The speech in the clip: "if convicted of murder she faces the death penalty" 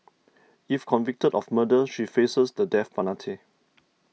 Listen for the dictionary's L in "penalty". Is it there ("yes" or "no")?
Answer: no